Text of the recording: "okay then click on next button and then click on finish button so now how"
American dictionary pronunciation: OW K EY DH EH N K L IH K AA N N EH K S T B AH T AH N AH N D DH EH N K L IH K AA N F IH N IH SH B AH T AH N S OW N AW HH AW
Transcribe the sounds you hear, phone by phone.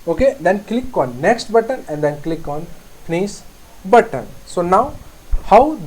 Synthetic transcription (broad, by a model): OW K EY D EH N K L IH K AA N N EH K S T B AH T AH N AH N D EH N K L IH K AA N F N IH S B AH T AH N S OW N AW HH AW